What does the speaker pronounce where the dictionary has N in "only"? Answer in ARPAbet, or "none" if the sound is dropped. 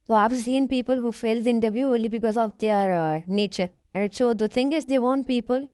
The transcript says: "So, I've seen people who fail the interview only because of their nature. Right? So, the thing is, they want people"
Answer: none